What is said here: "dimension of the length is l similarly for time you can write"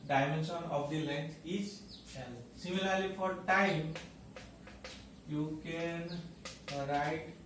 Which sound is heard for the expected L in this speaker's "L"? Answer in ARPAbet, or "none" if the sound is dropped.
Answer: N